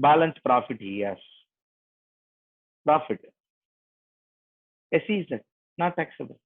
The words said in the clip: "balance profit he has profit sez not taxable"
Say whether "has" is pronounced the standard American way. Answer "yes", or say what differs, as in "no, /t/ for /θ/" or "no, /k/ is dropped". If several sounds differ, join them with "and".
no, /s/ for /z/